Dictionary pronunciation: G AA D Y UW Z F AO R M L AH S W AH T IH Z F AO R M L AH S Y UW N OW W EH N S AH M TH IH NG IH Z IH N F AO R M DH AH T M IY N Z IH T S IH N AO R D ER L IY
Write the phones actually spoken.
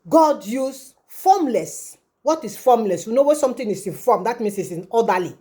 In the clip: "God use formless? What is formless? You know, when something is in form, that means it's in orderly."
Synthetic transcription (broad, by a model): G AA D Y UW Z F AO M L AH S W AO T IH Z F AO M L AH S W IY N OW W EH S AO M T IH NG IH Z IH N F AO M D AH T M IY N S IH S IH N AO D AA L IY